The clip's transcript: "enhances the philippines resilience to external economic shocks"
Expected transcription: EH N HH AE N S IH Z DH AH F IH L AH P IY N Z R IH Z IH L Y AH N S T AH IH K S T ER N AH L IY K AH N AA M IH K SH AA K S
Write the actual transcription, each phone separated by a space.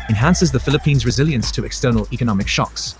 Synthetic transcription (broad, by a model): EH N HH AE N S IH Z DH AH F IH L AH P IY N Z R IH Z IH L Y AH N S T AH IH K S T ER N AH L IY K AH N AA M IH K SH AA K S